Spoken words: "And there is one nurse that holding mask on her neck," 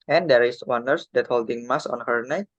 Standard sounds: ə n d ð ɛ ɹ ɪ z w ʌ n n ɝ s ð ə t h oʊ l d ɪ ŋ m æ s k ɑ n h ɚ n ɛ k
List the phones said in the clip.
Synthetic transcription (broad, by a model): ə n d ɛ ɹ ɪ s w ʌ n n ɝ s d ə t h oʊ l d ɪ ŋ m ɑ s ɑ n h ɚ n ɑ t